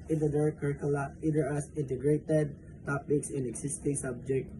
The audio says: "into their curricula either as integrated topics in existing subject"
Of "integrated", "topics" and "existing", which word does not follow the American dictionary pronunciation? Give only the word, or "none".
existing